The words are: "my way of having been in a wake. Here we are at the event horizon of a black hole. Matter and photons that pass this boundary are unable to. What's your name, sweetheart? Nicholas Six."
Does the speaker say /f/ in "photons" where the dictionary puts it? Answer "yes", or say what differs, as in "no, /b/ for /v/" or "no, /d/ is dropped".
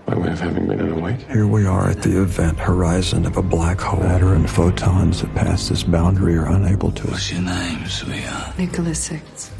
yes